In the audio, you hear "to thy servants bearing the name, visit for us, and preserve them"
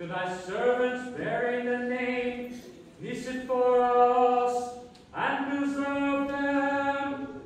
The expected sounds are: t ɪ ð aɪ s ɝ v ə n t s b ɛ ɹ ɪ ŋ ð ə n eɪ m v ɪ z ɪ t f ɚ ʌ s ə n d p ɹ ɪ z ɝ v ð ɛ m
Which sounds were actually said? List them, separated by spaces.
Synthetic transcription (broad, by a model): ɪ ð aɪ s ɝ v ə n t s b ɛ ɹ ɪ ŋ ð ə n eɪ m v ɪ s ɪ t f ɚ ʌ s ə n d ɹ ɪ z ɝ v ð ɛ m